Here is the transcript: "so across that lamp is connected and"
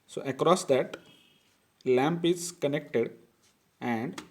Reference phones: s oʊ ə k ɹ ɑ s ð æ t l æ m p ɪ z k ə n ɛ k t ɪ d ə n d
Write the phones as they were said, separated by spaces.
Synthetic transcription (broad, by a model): s oʊ ə k ɹ ɑ s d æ t l æ m p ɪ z k ə n ɛ k t ɪ d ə n d